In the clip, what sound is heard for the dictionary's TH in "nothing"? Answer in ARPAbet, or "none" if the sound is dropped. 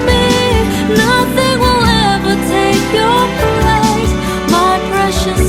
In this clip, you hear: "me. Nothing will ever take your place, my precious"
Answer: TH